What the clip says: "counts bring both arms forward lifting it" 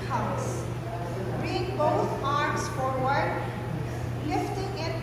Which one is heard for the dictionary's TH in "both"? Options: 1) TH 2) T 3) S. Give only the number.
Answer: 2